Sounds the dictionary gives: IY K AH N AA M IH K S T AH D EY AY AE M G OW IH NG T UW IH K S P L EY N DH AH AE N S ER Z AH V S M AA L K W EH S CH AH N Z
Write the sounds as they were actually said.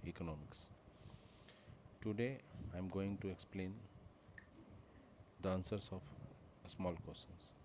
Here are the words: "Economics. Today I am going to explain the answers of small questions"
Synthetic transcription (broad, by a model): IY K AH N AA M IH K S T AH D EY AY M G OW IH NG T UW IH K S P L EY N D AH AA N S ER S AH P S M AA L K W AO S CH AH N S